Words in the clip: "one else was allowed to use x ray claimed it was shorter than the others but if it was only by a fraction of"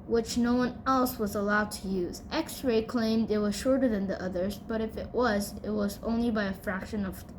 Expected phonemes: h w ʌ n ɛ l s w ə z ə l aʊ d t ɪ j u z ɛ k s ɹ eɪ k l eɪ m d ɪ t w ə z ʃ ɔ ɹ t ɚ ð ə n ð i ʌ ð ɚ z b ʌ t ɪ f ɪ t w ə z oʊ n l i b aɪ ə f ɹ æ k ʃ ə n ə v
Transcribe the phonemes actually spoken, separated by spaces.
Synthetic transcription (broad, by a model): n w ʌ n ɛ l s w ə z ə l aʊ d t ɪ j u z ɛ k s ɹ eɪ k l eɪ m d ɪ t w ə z ʃ ɔ ɹ t ɚ ð ə n ð i ʌ ð ɚ z b ʌ t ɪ f ɪ t w ə z oʊ n l i b aɪ ə f ɹ æ k ʃ ə n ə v